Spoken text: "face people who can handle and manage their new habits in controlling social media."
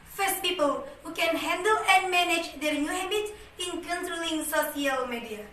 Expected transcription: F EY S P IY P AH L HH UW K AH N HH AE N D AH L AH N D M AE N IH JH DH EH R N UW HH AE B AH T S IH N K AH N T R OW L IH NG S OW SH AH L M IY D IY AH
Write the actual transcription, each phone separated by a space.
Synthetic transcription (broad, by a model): F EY S P IY P AH L HH UW K AH N HH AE N D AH L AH N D M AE N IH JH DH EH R N UW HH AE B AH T IH N K AH N T R OW L IH NG S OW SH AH L M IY D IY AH